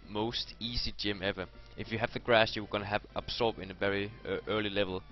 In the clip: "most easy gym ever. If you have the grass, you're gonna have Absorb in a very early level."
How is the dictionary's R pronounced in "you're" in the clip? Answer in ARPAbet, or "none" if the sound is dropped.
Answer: W